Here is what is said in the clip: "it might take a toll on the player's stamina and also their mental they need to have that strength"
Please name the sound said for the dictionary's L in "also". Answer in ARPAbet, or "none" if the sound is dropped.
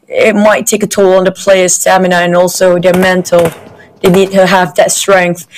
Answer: L